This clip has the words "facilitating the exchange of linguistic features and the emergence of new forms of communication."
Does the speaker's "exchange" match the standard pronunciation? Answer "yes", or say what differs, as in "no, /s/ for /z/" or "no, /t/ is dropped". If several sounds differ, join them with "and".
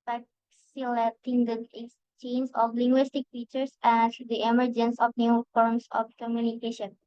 no, /k/ is dropped